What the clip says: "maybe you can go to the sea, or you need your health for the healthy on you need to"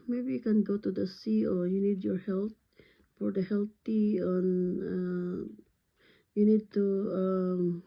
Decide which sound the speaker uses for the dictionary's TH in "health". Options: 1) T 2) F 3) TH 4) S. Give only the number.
1